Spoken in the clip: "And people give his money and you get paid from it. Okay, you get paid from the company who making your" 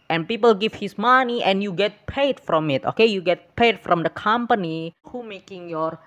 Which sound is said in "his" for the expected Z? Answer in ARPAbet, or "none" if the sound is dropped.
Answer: S